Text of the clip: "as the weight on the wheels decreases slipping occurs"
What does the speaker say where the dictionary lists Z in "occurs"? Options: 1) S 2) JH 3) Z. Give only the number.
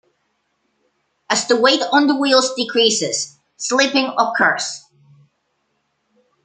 1